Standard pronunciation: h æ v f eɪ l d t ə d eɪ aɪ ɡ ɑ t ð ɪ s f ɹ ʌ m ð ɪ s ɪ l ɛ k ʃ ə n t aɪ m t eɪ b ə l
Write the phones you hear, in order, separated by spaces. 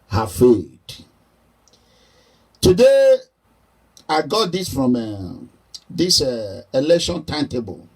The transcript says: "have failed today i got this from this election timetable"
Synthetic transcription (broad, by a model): h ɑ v f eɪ d t ə d eɪ aɪ ɡ ɑ t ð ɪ s f ɹ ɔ m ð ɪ s ɪ l ɛ k ʃ ə n t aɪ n t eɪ b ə l